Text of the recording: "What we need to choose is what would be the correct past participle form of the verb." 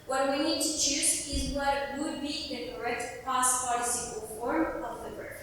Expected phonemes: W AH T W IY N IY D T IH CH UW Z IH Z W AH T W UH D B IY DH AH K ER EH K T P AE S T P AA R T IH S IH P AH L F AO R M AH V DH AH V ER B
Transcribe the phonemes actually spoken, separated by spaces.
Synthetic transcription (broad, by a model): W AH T W IY N IY D T IH CH UW Z IH Z W AH T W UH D B IY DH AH K ER EH K T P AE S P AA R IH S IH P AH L F AO R M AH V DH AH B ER